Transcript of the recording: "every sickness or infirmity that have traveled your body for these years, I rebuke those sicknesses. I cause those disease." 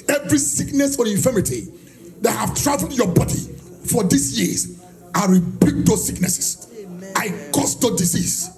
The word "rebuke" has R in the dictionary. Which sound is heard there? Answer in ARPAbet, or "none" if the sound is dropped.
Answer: W